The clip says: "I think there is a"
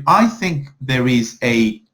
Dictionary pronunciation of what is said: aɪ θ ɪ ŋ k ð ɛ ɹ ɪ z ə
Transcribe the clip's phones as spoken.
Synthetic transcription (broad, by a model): aɪ θ ɪ ŋ k ð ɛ ɹ ɪ z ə